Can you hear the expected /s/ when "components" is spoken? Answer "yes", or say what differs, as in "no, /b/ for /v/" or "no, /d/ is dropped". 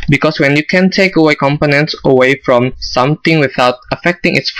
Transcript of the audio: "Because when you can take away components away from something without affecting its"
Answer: yes